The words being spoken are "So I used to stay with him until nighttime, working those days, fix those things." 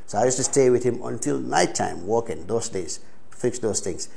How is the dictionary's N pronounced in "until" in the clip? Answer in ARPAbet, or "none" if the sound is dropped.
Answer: N